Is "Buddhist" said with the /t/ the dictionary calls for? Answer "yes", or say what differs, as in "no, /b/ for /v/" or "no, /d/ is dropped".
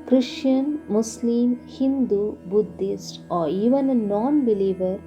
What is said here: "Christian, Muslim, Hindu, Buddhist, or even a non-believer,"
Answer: yes